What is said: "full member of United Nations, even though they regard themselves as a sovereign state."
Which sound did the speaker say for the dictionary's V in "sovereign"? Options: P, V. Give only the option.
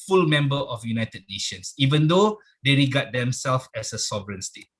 V